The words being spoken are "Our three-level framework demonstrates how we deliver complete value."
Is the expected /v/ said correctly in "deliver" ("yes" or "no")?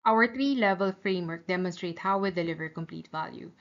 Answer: yes